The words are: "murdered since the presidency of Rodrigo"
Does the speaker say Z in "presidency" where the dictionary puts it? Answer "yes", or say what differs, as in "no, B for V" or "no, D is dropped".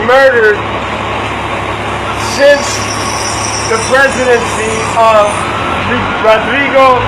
yes